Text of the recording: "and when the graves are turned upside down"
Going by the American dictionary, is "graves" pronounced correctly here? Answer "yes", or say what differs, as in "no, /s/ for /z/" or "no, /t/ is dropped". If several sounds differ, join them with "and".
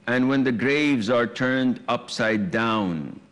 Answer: yes